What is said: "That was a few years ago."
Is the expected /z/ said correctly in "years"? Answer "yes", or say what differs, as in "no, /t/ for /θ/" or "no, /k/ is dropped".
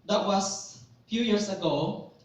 no, /s/ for /z/